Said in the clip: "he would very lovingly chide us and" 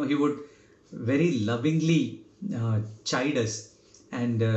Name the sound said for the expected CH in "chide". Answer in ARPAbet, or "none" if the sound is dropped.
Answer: CH